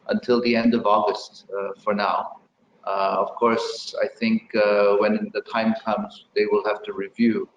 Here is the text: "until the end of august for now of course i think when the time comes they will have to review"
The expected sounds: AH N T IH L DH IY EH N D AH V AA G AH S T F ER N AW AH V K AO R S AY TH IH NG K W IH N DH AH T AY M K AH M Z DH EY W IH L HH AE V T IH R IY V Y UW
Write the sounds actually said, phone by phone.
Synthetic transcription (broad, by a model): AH N T IH L DH IY EH N D AH V AA G AH S T F ER N AW AH V K AO R S AY TH IH NG K W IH N DH AH T AY M K AH M Z DH EY W IH L HH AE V T IH R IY V Y UW